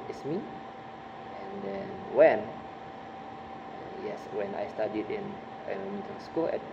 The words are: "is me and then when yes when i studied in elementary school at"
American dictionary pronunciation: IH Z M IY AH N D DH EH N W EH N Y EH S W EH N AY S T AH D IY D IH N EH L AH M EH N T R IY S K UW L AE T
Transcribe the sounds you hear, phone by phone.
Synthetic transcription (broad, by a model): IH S M IY AH N D EH N W EH N Y EH S W EH N AY S T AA D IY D IH N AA N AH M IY T IY S K UW L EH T